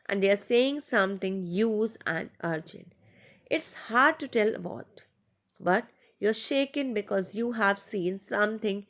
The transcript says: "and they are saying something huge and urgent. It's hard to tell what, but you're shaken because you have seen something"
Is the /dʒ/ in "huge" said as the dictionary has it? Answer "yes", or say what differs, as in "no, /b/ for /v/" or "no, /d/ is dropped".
no, /z/ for /dʒ/